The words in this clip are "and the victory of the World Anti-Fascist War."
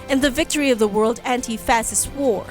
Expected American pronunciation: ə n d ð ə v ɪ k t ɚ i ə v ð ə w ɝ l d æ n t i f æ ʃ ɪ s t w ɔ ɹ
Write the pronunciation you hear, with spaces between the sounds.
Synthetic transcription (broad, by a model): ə n ð ə v ɪ k t ɚ i ə v ð ə w ɝ l d æ n t i f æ s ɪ s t w ɔ ɹ